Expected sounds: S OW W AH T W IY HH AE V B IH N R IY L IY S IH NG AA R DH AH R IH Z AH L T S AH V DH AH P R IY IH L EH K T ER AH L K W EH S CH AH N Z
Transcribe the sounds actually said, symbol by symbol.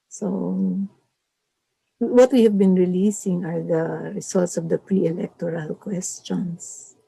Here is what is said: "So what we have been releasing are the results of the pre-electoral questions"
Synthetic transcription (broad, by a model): S OW W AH T W IY HH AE V B IH N R IY L IY S IH NG AA R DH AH R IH S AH L T S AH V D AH P R IY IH L EH K T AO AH L K W EH S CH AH N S